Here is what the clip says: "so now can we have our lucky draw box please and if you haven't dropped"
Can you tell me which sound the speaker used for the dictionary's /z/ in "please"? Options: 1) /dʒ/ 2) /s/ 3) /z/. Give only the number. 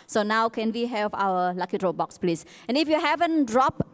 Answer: 2